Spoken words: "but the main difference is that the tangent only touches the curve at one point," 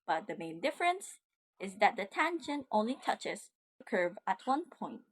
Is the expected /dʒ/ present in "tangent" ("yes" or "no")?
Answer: no